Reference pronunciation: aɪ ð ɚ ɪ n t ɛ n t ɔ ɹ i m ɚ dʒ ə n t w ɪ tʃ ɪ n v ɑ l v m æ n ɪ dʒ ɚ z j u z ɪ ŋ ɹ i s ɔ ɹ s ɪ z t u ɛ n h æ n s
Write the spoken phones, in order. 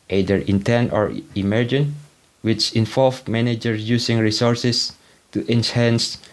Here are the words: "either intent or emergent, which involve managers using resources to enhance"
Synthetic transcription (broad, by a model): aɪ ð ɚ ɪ n t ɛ n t ɔ ɹ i m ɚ dʒ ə n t w ɪ tʃ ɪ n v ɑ l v m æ n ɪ dʒ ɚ j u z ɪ ŋ ɹ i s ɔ ɹ s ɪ s t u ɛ n h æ n s